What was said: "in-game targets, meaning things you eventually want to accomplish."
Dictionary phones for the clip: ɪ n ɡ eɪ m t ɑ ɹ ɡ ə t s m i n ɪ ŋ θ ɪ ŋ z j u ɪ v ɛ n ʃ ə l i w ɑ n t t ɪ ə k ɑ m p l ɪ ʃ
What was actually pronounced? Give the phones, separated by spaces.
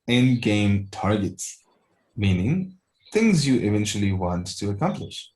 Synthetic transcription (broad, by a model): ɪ n ɡ eɪ m t ɑ ɹ ɡ ə t s m i n ɪ ŋ θ ɪ ŋ z j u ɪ v ɛ n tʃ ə l i w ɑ n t t ɪ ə k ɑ m p l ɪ ʃ